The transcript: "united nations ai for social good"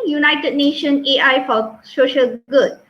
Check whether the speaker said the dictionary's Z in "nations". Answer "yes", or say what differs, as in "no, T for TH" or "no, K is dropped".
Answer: no, Z is dropped